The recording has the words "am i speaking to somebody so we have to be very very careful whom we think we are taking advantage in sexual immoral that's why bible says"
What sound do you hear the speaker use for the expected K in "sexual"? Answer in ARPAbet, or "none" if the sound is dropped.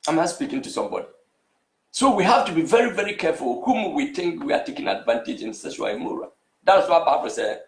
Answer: none